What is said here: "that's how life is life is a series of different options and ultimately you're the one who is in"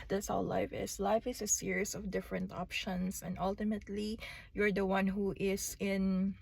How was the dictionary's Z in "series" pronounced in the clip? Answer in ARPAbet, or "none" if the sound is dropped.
S